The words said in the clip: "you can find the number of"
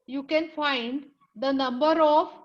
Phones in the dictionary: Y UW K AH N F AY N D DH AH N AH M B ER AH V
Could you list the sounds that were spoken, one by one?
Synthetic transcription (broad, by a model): Y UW K AH N F AY N D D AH N AH M B ER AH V